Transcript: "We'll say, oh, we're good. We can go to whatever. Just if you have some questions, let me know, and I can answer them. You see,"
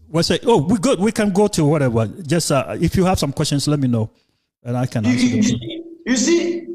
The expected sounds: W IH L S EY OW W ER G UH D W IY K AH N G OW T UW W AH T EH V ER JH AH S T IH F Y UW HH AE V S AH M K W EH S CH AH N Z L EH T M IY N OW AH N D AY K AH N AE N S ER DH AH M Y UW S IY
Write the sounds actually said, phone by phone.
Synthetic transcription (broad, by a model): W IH S EY OW W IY G UH D W IY K AH N G OW T UW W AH T EH V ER JH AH S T IH F Y UW HH AE V S AH M K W EH S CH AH N S L EH T M IY N OW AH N AY K AH N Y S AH Y UW S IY